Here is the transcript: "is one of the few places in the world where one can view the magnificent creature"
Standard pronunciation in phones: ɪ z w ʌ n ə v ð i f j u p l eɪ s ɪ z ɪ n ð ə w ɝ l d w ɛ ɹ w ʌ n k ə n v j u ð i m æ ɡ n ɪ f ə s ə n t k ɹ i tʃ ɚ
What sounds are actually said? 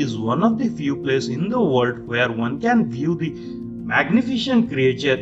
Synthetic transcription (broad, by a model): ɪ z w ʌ n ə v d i f j u p l eɪ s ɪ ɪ n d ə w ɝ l d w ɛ ɹ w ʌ n k ə n v j u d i m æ ɡ n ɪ f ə ʃ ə n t k ɹ i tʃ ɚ